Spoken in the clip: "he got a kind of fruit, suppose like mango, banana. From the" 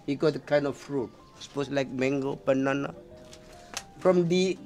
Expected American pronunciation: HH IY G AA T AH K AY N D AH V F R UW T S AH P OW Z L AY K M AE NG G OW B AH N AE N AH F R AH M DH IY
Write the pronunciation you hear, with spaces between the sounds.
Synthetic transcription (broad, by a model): HH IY G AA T AH K AY N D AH F F R UW T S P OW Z L AY K M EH NG G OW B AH N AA N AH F R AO M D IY